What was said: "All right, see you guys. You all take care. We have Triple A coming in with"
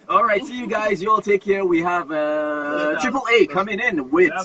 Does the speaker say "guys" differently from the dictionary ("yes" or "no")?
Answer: no